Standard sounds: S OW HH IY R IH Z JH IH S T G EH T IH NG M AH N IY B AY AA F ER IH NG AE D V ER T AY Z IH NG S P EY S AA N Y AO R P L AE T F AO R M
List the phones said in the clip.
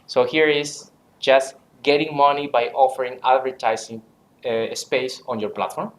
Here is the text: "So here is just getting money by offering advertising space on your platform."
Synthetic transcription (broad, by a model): S OW HH IY R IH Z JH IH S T G EH T IH NG M AH N IY B AY AA F ER IH NG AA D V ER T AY S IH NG S P EY S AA N Y AO R P L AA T F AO R M